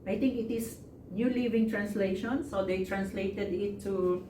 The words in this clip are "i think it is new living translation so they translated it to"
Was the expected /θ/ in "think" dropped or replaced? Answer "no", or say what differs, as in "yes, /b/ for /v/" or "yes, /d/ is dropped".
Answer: yes, /t/ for /θ/